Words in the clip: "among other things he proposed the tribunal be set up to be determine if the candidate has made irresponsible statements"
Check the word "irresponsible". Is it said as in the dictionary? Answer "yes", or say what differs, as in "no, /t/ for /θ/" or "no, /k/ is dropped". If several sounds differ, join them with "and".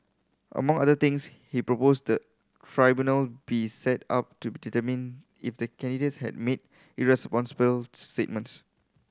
yes